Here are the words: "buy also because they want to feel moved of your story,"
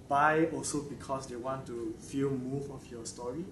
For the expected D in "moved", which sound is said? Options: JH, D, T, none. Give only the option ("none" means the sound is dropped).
none